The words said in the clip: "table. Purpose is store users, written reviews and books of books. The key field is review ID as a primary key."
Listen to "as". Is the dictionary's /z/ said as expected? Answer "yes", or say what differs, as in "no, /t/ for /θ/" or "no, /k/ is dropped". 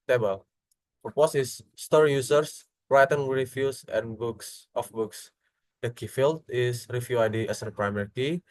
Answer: no, /s/ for /z/